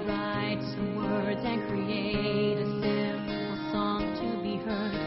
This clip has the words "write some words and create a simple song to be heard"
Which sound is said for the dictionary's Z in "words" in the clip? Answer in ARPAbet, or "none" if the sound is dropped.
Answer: Z